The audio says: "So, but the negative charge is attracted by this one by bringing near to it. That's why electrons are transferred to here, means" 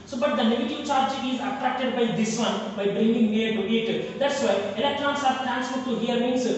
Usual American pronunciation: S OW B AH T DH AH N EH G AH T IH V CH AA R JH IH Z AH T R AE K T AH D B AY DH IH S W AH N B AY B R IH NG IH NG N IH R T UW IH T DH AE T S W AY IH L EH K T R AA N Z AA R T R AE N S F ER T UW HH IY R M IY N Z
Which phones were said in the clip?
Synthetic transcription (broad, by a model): S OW B AH T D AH N EH G AH T IH V CH AA R JH IH Z AH T R AE K T AH D B AY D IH S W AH N B AY B R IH NG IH NG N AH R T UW IH T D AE T S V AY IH L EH K T R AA N S AA R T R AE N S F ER T UW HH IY R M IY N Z